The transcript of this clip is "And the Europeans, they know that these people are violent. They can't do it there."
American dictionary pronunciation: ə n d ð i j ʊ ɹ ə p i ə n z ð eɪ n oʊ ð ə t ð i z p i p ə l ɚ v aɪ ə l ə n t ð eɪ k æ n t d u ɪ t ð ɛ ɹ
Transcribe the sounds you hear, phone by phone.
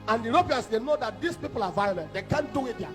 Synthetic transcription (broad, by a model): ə n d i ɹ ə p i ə n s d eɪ n oʊ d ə t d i s p i p ə l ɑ v aɪ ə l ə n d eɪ k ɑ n d u ɪ t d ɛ